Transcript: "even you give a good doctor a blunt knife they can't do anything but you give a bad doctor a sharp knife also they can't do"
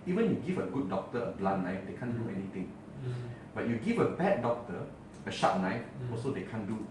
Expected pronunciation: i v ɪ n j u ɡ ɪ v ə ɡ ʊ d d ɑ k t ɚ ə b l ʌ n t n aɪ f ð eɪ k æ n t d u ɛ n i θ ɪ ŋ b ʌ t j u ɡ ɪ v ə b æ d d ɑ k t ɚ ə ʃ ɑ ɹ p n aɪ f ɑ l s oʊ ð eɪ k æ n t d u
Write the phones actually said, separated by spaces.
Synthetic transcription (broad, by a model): i v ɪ n j u ɡ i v ə ɡ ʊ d d ɑ k t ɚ ə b l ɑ t n aɪ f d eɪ k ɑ n d u ɛ n i t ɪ ŋ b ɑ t j u ɡ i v ə b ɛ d d ɑ k t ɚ ə ʃ ɑ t n aɪ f ɑ l s oʊ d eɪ k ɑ n d u